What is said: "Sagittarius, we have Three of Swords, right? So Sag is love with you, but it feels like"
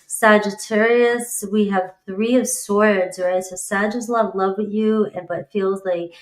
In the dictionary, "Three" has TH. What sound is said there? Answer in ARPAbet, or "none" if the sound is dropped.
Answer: TH